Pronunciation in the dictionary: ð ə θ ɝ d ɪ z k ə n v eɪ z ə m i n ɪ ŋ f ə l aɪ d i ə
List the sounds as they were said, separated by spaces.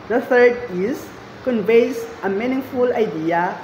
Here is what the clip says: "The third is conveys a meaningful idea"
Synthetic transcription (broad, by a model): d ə f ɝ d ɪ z k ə n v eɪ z ə m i n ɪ ŋ f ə l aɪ d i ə